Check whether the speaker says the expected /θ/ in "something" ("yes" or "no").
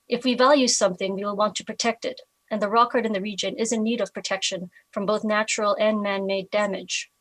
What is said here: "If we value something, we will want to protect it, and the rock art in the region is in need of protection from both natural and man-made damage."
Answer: yes